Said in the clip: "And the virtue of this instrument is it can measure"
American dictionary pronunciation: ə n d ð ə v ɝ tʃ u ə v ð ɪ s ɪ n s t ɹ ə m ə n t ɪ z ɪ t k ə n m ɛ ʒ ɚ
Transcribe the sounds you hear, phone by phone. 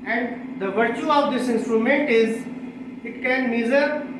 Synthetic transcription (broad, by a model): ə n d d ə v ɝ tʃ u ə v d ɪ s ɪ n s t ɹ ə m ə n t ɪ z ɪ t k ə n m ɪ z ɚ